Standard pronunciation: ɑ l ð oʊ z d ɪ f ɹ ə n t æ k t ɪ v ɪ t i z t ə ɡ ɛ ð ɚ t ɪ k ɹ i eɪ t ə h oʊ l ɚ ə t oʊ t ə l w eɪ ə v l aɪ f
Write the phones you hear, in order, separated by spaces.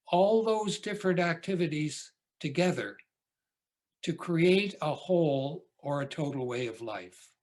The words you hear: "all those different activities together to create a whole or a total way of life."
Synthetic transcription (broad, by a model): ɑ l ð oʊ z d ɪ f ɹ ə n t æ k t ɪ v ɪ t i z t ə ɡ ɛ ð ɚ t ɪ k ɹ i eɪ t ə h oʊ l ɚ ə t oʊ t l w eɪ ə v l aɪ f